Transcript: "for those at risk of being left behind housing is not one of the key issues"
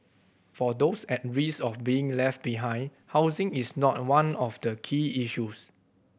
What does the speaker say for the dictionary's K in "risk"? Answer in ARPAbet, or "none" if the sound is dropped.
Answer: none